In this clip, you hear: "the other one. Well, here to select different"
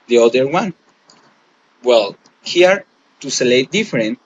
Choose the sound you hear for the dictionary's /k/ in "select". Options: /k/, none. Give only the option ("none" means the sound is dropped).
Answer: none